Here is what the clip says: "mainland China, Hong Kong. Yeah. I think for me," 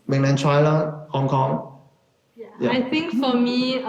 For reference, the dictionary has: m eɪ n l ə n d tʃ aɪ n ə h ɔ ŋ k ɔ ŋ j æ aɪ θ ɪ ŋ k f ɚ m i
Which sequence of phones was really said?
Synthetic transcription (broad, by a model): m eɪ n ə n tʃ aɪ l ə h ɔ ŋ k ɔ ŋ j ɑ aɪ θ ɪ ŋ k f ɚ m i